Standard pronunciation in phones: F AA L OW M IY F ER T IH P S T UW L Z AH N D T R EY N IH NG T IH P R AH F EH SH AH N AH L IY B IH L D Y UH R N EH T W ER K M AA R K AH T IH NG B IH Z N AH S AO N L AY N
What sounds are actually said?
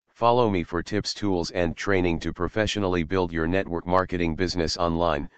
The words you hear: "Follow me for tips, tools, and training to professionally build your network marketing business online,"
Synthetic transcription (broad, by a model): F AA L OW M IY F ER T IH P S T UW L Z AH N T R EY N IH NG T IH P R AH F EH SH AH N L IY B IH L D Y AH R N EH T W ER K M AA R K AH T IH NG B IH Z N AH S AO N L AY N